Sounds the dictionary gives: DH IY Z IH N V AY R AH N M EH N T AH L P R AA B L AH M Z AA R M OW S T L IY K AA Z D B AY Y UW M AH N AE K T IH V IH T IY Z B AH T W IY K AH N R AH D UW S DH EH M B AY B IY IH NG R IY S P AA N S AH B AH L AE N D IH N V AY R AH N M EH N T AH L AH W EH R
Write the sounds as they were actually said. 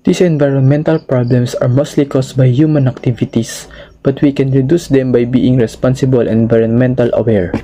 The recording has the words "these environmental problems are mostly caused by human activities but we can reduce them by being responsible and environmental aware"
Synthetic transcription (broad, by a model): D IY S IH N V AY R AH N M EH N T AH L P R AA B L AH M S AA R M OW S T L IY K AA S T B AY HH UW M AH N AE K T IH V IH T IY S B AH T W IY K AH N R AH D UW S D EH M B AY B IY IH NG R IY S P AA N S AH B AH L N IH N V AY R AH N M EH N T AH L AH W EH R